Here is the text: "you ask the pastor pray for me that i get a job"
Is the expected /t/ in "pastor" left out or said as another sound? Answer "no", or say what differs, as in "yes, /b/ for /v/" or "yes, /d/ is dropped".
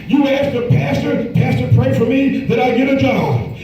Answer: no